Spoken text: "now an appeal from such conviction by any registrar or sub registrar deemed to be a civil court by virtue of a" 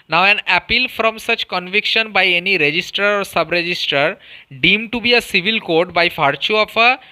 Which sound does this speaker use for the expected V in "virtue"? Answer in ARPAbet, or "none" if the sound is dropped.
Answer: F